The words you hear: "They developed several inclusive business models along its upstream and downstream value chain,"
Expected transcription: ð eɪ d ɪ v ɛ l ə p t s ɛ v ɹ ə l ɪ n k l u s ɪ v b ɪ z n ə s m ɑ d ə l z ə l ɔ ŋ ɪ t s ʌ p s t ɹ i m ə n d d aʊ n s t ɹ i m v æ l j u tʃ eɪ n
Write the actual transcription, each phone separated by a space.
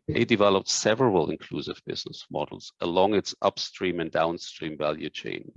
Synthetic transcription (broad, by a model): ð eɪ d ɪ v ɛ l ə p t s ɛ v ɹ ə l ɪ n k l u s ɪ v b ɪ z n ə s m ɑ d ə l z ə l ɔ ŋ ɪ t s ʌ p s t ɹ i m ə n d d aʊ n s t ɹ i m v æ l j u tʃ eɪ n